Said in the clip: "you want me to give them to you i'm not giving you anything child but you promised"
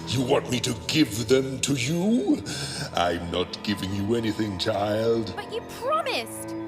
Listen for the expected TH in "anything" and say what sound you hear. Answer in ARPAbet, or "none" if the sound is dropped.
TH